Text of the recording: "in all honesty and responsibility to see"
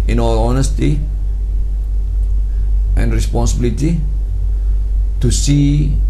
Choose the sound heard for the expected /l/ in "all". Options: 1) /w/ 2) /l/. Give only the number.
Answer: 1